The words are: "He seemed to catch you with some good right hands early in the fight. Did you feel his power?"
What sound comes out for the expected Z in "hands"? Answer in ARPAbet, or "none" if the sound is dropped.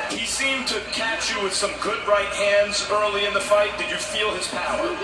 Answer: Z